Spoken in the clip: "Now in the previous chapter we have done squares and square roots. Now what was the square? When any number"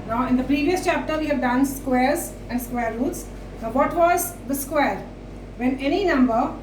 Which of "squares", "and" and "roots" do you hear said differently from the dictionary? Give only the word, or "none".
none